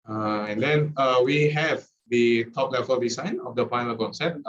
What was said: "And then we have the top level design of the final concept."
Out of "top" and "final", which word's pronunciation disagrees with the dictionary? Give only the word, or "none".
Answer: final